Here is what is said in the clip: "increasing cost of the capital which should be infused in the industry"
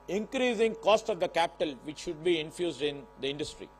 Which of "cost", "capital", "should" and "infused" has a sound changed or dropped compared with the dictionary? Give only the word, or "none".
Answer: none